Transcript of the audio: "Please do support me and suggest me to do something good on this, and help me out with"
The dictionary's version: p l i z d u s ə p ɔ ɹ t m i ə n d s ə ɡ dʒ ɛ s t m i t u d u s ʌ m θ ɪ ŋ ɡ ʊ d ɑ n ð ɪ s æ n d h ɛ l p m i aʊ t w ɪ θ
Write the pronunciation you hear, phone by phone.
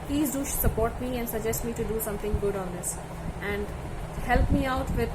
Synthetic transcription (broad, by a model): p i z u s ə p ɔ ɹ t m i ə n d s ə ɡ dʒ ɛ s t m i t u d u s ʌ m t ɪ ŋ ɡ ʊ d ɑ n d ɪ s æ n d h ɛ l p m i aʊ t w ɪ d